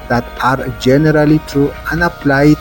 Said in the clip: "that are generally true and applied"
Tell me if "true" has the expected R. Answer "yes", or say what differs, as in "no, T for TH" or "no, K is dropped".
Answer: no, R is dropped